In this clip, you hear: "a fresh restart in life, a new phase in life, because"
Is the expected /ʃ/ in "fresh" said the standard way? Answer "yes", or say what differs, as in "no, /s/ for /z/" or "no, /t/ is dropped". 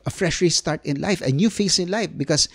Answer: yes